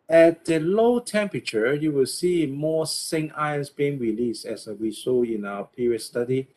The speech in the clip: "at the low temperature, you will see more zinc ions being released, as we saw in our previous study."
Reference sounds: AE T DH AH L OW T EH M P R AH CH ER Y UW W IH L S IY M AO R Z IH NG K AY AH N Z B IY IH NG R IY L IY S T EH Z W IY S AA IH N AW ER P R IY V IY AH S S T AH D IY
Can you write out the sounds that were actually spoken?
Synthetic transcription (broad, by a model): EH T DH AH L OW T EH M P R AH CH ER Y UW W IH L S IY M AO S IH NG AY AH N S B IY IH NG R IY L IY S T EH S W IY S AA IH N AW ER P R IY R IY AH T S T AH D IY